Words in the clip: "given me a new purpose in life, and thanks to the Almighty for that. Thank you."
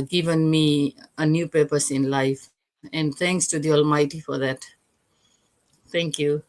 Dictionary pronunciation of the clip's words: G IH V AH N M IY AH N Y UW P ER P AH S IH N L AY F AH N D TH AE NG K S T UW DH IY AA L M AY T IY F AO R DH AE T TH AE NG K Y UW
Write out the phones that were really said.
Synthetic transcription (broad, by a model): G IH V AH N M IY AH N Y UW P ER P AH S IH N L AY F AH N D T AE NG K S T UW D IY AA L M AY T IY F AO R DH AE T T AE NG K Y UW